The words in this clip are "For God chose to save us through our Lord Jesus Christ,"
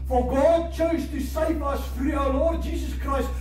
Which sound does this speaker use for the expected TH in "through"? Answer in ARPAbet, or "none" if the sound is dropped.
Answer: F